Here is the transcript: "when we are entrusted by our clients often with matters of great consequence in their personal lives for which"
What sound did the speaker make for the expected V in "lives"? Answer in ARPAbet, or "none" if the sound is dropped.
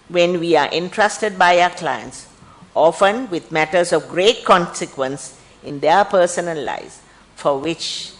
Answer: none